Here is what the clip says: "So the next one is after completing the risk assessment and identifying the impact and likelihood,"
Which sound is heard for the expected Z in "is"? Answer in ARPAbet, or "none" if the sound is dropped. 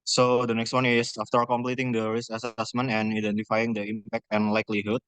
S